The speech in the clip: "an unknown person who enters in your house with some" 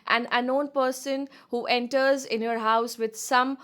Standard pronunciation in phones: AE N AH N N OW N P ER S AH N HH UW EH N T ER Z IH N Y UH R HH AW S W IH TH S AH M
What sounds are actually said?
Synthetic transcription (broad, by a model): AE N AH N N OW N P ER S AH N HH UW EH N T ER Z IH N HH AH R HH AW S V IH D S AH M